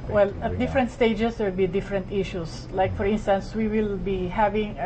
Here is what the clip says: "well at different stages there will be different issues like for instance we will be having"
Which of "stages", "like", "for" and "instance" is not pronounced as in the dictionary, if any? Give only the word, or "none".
stages